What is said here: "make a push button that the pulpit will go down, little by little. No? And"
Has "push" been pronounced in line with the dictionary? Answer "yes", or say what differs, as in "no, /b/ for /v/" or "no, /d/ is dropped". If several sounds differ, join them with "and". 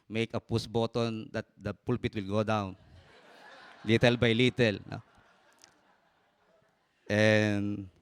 no, /s/ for /ʃ/